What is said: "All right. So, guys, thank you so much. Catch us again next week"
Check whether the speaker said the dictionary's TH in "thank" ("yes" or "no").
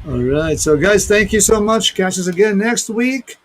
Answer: yes